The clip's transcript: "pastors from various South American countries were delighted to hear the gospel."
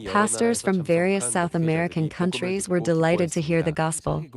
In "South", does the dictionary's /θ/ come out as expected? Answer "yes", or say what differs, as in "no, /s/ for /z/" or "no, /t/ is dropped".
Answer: yes